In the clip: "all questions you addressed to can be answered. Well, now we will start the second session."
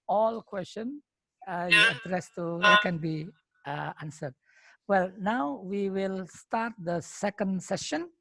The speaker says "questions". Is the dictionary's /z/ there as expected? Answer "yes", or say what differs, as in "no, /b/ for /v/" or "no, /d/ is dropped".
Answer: no, /z/ is dropped